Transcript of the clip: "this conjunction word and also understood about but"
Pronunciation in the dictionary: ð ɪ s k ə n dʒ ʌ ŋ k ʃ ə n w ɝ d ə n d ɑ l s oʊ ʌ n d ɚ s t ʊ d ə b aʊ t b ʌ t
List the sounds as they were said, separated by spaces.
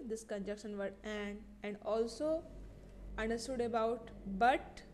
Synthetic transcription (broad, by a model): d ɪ s k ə n dʒ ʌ k ʃ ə n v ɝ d ə n d ɑ l s oʊ ʌ n d ɚ s t ʊ d ə b aʊ t b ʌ t